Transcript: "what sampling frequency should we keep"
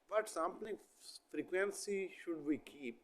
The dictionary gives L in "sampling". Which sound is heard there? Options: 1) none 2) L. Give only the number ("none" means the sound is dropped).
1